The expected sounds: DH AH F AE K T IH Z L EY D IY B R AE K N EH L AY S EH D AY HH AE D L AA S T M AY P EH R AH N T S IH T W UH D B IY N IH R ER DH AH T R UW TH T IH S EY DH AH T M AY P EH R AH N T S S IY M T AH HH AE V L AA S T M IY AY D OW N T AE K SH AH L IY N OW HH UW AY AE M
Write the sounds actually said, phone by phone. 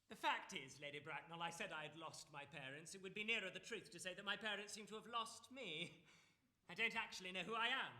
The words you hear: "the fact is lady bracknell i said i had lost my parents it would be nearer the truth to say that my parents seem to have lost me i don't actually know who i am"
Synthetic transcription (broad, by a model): DH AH F AE K T IH Z L EY D IY B R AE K N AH L AY S EH D AY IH D L AA S T M AY P EH R AH N T S IH T W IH D B IY N IH R ER DH AH T R UW TH T IH S EY DH AH T M AY P EH R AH N T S S IY M T AH V L AA S T M IY AY D OW N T AE K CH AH L IY N OW HH UW AY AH M